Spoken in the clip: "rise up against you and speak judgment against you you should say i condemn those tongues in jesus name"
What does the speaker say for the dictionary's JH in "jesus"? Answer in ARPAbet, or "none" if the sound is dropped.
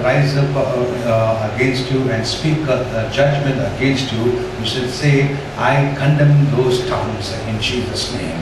CH